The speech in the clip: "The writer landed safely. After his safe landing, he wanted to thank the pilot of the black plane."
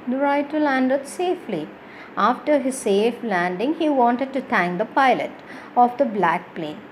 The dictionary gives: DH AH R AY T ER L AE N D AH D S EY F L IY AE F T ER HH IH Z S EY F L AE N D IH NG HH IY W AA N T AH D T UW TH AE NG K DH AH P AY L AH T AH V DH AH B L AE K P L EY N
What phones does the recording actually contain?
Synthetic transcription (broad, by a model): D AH R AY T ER L AE N D AH D S EY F L IY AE F T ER HH IH Z S EY F L AE N D IH NG HH IY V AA N T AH D T UW T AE NG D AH P AY L AH T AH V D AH B L AE K P L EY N